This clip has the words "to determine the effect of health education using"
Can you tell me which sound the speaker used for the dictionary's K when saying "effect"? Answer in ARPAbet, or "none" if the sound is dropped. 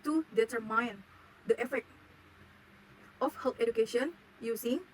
none